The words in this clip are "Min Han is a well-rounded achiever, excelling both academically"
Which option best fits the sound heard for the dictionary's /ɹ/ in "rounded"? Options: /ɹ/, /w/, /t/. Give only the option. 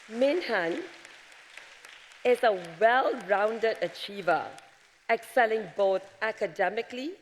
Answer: /ɹ/